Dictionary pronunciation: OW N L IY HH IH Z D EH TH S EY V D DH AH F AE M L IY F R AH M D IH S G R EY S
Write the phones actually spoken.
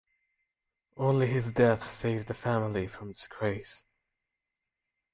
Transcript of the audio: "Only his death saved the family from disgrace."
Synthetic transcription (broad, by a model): OW N L IY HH IH Z D EH TH S EY V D DH AH F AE M L IY F R AH M D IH S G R EY S